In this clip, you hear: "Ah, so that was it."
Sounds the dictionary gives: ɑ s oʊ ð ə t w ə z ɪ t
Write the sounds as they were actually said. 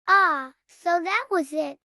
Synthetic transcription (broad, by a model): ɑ s oʊ ð ə t w ə z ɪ t